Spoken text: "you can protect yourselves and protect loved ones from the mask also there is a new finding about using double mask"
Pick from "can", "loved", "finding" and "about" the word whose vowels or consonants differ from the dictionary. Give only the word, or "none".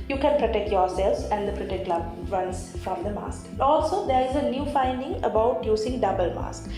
loved